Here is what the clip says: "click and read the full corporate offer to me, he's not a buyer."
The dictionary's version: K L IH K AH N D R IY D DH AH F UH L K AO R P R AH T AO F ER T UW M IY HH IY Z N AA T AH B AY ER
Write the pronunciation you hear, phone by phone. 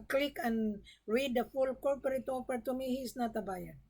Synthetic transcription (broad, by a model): K L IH K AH N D R IY D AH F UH L K AO R P R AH T AO P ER T UW M IY HH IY S N AA T AH B AY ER